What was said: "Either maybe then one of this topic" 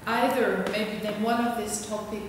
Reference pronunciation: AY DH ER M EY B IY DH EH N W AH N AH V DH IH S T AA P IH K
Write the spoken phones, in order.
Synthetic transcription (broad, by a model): AY DH ER M EY B IY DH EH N W AH N AH V DH IH S T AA P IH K